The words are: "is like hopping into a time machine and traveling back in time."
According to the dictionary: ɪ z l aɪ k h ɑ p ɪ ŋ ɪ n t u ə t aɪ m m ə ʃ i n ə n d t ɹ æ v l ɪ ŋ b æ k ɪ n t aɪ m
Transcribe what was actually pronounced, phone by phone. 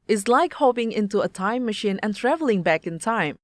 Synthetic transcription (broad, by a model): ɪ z l aɪ k h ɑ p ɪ ŋ ɪ n t u ə t aɪ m m ə ʃ i n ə n t ɹ æ v l ɪ ŋ b æ k ɪ n t aɪ m